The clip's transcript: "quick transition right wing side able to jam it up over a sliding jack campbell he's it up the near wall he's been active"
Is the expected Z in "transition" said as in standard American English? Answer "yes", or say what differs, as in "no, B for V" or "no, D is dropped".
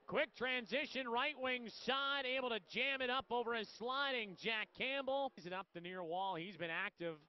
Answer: yes